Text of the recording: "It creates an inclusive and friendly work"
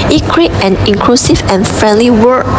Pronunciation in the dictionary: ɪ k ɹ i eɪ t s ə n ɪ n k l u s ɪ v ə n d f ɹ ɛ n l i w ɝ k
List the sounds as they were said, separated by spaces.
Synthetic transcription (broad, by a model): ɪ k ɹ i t ə n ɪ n k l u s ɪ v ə n f ɹ ɛ n l i w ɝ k